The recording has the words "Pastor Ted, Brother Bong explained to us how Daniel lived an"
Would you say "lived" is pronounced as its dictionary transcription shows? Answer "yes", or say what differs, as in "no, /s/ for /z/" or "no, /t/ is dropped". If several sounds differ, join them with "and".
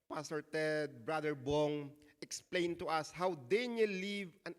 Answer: no, /d/ is dropped